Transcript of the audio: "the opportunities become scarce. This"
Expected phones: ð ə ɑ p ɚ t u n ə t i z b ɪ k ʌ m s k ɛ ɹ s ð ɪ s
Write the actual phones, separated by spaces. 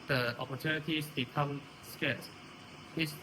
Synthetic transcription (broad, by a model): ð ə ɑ p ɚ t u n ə t i s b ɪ k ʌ m s k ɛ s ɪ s